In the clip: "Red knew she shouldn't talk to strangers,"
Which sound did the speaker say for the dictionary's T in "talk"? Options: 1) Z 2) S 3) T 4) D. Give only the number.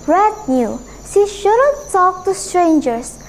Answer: 2